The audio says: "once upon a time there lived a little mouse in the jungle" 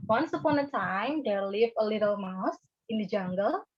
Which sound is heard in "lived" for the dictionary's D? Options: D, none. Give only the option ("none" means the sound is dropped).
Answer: none